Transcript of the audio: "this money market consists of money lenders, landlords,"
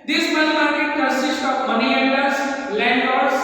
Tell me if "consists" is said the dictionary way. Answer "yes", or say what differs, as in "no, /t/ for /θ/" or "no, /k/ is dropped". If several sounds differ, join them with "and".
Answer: no, /n/ is dropped and /s/ is dropped